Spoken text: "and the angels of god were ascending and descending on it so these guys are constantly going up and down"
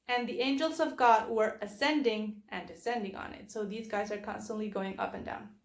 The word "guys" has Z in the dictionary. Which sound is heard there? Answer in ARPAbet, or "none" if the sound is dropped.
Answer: Z